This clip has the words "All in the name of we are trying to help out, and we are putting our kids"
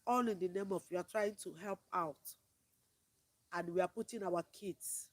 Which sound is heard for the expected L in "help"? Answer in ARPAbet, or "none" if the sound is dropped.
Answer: L